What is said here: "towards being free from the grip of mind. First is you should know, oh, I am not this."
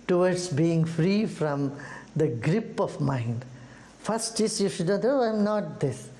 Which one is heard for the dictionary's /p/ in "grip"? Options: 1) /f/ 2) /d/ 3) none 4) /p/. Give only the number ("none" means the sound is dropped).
4